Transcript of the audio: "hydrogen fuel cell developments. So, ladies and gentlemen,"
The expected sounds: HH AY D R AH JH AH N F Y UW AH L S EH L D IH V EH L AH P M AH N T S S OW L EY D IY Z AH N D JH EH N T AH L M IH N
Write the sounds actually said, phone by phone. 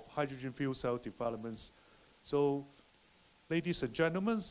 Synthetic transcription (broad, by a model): HH AY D R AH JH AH N F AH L S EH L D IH P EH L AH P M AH N S S OW L EY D IY S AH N JH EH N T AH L M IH N